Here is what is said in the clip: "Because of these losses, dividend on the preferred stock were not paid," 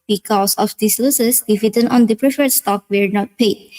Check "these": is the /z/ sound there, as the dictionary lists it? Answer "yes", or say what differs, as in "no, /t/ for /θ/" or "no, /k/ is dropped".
no, /s/ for /z/